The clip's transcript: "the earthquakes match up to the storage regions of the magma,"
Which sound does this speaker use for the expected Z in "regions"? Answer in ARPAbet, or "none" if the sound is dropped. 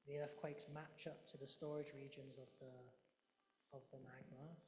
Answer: Z